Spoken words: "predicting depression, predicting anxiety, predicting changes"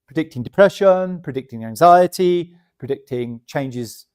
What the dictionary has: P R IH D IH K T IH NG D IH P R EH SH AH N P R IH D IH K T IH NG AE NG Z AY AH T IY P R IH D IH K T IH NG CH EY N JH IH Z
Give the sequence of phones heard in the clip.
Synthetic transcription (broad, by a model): P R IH D IH K T IH NG D IH P R EH SH AH N P R IH D IH K T IH NG AE NG Z AY AH T IY P R IH D IH K T IH NG CH EY N JH IH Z